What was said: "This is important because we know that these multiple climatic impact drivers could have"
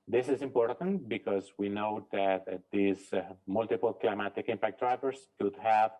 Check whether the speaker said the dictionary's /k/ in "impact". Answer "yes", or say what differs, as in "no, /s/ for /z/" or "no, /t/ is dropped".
yes